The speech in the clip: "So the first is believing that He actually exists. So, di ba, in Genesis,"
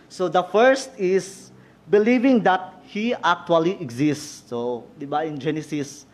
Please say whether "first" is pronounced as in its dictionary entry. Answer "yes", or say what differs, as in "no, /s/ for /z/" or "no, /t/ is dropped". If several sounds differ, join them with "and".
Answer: yes